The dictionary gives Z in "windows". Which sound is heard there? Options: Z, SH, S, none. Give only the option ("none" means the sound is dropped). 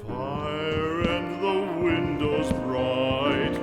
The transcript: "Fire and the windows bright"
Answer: Z